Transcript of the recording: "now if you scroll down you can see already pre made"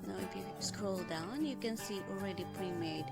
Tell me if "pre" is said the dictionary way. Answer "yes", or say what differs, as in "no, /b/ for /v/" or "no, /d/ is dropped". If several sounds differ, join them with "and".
yes